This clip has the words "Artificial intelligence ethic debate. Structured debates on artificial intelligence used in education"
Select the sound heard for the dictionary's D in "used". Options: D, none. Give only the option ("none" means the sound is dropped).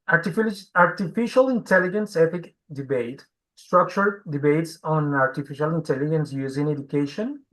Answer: none